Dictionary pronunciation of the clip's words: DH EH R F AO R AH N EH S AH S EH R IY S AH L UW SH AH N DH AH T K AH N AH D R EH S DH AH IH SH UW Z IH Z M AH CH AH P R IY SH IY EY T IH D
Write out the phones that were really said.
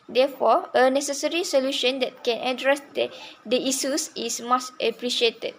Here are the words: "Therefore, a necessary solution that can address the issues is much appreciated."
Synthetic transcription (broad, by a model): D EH F AO AH N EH S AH S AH R IY S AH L UW SH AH N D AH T K AH N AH D R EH S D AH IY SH UW S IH S M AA S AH P R IY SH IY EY T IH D